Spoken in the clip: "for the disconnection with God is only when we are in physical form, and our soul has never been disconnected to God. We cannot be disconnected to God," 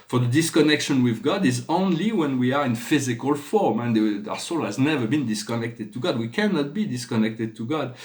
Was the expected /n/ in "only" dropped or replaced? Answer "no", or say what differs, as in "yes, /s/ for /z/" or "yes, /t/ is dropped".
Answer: no